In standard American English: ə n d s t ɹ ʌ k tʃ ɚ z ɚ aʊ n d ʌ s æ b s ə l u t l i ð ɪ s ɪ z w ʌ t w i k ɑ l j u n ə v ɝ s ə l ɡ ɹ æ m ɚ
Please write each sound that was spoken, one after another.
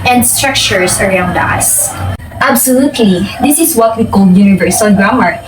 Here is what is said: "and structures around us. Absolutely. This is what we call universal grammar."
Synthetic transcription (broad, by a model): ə n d s t ɹ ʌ k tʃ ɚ s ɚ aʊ n d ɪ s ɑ b s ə l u t l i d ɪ s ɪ s w ʌ t w i k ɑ l j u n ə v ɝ s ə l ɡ ɹ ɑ m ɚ